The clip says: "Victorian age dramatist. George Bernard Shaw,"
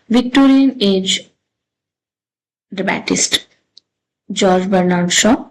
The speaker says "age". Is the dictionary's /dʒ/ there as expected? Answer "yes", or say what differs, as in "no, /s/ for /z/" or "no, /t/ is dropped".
yes